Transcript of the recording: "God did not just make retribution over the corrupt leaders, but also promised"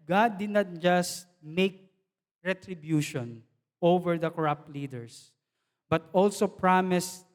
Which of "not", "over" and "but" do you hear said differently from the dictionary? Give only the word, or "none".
none